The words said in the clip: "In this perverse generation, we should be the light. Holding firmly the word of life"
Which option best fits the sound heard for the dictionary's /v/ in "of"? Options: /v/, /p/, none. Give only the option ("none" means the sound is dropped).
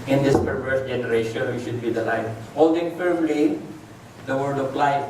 /p/